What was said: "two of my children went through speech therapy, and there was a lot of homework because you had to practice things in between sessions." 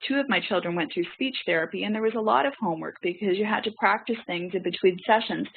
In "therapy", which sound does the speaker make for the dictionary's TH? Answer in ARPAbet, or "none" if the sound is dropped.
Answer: TH